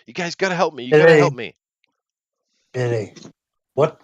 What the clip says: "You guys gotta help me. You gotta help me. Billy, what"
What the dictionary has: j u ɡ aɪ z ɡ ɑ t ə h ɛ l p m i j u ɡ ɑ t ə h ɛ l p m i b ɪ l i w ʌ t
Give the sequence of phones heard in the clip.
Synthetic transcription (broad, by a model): j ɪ ɡ aɪ z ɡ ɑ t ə h ɛ l p m i j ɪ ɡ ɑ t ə ɛ l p m i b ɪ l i w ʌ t